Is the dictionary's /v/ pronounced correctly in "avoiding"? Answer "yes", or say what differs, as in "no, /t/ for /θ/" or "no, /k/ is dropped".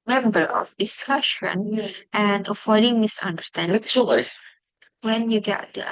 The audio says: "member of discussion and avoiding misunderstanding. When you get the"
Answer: no, /f/ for /v/